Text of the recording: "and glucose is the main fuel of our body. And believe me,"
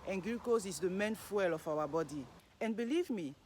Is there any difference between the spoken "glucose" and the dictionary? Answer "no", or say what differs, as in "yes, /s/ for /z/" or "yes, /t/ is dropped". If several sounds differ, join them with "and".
yes, /l/ is dropped